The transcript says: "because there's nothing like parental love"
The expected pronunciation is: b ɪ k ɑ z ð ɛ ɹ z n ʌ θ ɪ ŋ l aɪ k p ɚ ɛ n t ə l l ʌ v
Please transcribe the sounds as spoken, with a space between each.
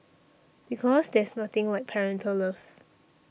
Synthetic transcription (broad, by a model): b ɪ k ɑ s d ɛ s n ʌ t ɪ ŋ l aɪ k p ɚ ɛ n t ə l l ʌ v